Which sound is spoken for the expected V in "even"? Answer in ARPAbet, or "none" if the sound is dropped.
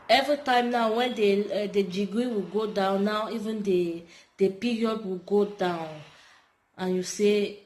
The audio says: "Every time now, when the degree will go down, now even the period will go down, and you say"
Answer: V